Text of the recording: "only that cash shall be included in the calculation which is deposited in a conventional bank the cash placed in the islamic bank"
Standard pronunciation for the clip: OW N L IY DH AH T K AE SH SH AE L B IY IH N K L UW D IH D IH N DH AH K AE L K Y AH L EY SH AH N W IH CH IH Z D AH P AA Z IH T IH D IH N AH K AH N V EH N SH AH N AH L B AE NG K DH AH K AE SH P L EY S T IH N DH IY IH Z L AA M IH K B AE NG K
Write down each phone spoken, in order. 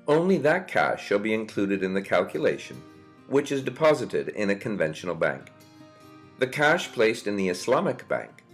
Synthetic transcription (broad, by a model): OW N L IY DH AH T K AE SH SH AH L B IY IH N K L UW D IH D IH N DH AH K AE L K Y AH L EY SH AH N W IH CH IH Z D AH P AA Z IH T IH D IH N AH K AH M V EH N SH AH N L B AE NG K DH AH K AE SH P L EY S T IH N DH IY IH S L AA M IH K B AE NG K